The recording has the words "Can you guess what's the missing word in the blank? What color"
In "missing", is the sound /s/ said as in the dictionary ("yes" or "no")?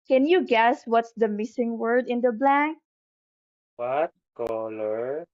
yes